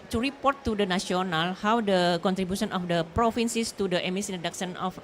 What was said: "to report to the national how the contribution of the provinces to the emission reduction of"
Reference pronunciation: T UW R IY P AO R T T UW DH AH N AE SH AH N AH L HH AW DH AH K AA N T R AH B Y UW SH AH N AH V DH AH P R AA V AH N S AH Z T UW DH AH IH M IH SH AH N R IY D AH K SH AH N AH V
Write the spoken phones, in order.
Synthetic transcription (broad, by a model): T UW R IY P AO R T T UW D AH N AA S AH N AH L HH AW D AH K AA N T R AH B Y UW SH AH N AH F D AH P R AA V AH N S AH S T UW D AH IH M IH S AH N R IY D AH K S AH N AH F